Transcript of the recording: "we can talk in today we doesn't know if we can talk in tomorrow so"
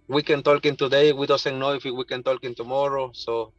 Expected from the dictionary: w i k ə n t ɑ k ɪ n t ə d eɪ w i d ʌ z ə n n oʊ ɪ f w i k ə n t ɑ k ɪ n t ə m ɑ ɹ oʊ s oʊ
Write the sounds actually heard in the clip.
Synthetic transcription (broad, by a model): w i k ə n t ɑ k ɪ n t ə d eɪ w i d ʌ s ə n n oʊ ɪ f w i k ə n t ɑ k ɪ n t ə m ɑ ɹ oʊ s oʊ